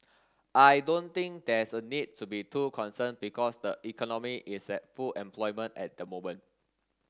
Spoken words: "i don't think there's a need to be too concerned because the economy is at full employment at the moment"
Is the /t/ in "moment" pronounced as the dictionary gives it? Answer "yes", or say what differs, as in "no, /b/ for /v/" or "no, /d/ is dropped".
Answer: no, /t/ is dropped